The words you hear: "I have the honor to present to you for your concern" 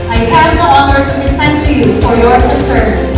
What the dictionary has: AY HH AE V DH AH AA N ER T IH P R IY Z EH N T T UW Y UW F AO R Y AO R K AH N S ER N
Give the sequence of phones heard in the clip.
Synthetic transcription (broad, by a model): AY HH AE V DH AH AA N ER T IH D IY S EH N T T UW Y UW F AO R Y AO R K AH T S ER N